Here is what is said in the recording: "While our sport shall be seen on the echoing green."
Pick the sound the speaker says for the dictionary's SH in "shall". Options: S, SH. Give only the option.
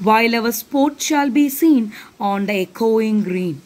SH